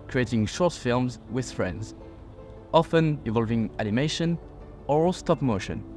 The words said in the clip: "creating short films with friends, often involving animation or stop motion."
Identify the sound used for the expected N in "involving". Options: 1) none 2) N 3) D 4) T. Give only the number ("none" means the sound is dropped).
1